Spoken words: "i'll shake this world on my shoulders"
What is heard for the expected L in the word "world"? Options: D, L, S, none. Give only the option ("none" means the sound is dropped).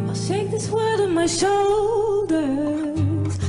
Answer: none